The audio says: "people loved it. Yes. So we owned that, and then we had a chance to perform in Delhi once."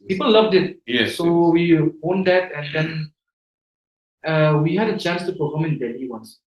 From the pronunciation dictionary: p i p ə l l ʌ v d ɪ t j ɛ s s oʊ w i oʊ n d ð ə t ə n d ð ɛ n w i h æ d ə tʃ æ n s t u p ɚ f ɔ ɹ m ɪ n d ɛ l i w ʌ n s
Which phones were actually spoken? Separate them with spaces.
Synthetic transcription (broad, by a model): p i p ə l l ʌ v d ɪ t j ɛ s s oʊ w i oʊ n d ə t ə n d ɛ n w i h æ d ə tʃ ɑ n s t u p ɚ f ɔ m ɪ n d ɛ n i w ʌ n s